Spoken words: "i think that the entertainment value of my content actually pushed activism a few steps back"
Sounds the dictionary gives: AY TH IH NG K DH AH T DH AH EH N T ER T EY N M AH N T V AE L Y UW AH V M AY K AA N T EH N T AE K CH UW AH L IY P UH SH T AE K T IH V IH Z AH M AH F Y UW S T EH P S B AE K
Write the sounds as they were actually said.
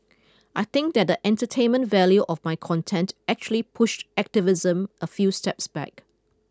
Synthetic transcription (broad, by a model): AY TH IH NG K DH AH T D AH EH N T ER T EY N M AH N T V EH L Y UW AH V M AY K AA N T EH N T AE K CH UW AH L IY P UH SH T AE K T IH V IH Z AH M AH F Y UW S T EH P S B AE K